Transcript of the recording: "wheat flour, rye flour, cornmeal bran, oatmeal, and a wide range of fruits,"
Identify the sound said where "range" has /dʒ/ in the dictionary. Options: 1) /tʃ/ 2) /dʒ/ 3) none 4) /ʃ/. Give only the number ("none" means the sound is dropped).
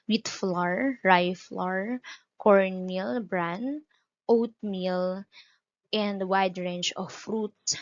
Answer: 1